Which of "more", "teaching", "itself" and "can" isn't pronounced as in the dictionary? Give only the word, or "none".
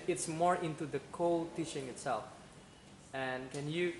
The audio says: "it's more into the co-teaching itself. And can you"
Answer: teaching